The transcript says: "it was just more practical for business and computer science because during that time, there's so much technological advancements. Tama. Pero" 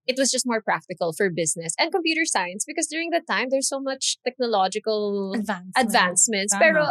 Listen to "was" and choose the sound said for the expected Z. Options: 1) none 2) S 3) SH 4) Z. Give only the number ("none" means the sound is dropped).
2